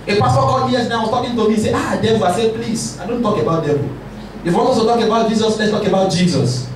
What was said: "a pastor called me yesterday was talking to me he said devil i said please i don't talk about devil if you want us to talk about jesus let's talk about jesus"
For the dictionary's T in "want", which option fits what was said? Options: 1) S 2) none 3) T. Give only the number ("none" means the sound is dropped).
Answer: 2